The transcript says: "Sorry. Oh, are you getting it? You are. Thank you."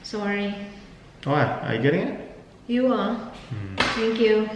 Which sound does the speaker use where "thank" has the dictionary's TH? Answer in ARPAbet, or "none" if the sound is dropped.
T